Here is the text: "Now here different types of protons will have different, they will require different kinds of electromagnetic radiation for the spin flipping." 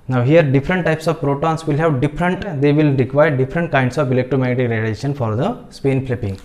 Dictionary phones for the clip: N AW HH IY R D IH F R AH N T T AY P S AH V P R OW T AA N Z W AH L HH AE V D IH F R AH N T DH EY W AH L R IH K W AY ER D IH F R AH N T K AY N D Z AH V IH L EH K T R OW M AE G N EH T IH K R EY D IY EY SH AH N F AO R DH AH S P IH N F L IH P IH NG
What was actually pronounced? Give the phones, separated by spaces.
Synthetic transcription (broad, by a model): N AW HH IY R D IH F R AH N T T AY P S AH V P R OW T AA N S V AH L HH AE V D IH F R AH N T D EY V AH L R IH K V AY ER D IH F R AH N T K AY N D S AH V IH L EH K T OW M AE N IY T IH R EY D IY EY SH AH N F AO R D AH S P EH N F L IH P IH NG